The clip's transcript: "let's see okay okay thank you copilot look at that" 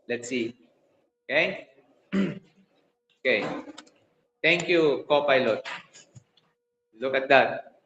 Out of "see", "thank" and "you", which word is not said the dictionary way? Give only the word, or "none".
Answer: thank